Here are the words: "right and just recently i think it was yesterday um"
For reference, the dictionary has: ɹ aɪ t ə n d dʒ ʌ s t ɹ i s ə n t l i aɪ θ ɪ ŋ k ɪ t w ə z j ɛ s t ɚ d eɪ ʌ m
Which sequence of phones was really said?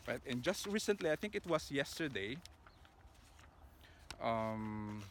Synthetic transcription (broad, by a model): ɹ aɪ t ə n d dʒ ʌ s t ɹ i s ə n t l i aɪ θ ɪ ŋ k ɪ t w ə s j ɛ s t ɚ d eɪ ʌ m